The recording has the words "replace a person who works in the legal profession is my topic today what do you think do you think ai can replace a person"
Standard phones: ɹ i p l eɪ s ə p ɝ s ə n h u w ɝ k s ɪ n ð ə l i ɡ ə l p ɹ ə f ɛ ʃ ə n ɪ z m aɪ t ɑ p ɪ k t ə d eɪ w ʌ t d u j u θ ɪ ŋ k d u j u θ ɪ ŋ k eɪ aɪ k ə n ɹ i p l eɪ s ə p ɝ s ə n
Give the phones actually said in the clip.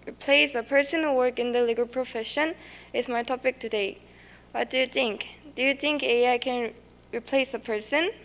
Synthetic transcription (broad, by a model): ɹ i p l eɪ s ə p ɝ s ə n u w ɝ k ɪ n ð ə l i ɡ ə l p ɹ ə f ɛ ʃ ə n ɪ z m aɪ t ɑ p ɪ k t ə d eɪ w ʌ t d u j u θ ɪ ŋ k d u j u θ ɪ ŋ k eɪ aɪ k ə n ɹ i p l eɪ s ə p ɝ s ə n